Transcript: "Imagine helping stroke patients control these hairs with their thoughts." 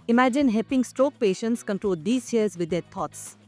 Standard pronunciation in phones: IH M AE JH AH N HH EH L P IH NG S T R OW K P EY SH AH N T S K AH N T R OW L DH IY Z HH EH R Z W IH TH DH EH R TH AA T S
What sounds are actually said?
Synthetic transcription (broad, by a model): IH M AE JH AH N HH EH P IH NG S T R OW K P EY SH AH N T S K AH N T R OW L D IY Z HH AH R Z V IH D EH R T AA T S